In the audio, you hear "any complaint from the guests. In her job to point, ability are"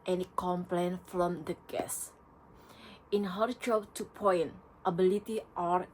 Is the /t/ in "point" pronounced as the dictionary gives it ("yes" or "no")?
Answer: yes